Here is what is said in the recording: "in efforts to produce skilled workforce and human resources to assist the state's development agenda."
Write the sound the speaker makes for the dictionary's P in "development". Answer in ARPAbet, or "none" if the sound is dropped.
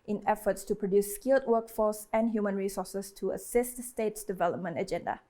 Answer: P